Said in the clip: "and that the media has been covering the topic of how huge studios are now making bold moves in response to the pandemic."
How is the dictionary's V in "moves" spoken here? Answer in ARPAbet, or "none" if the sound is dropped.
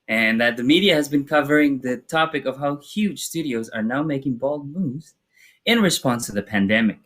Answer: none